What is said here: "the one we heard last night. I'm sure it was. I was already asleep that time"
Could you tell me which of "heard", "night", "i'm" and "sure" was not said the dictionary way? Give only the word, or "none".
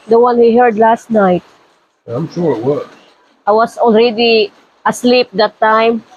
none